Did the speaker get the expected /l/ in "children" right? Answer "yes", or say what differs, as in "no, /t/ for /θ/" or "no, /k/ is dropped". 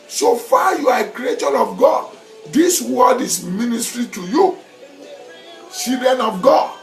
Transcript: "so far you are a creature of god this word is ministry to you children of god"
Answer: no, /l/ is dropped